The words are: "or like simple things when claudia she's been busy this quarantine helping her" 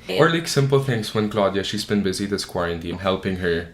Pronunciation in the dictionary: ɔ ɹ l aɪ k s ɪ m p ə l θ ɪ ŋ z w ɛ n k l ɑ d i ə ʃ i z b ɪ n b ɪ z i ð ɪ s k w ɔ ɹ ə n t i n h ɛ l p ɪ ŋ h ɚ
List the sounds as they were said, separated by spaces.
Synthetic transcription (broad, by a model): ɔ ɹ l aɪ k s ɪ m p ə l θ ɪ ŋ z w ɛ n k l ɑ d i ə ʃ i z b ɪ n b ɪ z i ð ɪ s k w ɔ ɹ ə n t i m h ɛ l p ɪ ŋ h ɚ